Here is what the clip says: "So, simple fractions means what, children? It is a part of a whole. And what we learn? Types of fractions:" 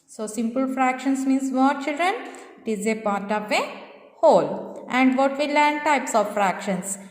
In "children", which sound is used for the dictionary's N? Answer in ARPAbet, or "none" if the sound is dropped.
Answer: N